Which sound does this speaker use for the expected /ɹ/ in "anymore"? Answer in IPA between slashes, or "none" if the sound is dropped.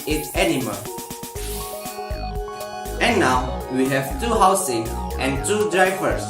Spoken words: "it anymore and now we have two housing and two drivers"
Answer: /l/